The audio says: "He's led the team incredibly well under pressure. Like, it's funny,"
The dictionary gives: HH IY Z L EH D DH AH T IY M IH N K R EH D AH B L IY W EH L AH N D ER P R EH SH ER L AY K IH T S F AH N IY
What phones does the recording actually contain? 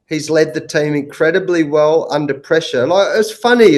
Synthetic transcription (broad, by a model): HH IY Z L EH D DH AH T IY M IH N K R EH D AH B L IY W EH L AH N D ER P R EH SH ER N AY IH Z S F AH N IY